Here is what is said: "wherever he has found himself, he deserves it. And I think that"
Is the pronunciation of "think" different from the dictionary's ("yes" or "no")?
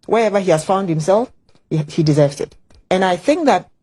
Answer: no